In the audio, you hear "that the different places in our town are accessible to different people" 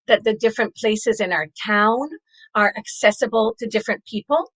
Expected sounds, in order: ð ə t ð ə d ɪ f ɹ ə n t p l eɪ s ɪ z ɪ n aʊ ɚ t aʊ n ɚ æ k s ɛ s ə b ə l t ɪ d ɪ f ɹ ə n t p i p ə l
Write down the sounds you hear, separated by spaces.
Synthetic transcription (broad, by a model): ð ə t ð ə d ɪ f ɹ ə n p l eɪ s ɪ z ɪ n aʊ ɚ t aʊ n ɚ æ k s ɛ s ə b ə l t ɪ d ɪ f ɹ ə n p i p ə l